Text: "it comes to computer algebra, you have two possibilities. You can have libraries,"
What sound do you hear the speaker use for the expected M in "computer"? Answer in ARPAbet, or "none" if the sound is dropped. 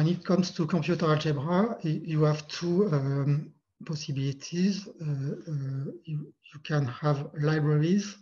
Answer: none